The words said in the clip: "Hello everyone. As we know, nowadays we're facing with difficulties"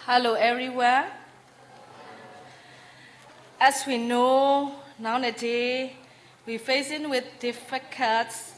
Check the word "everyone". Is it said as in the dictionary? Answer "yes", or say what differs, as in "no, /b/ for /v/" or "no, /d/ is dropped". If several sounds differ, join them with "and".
no, /n/ is dropped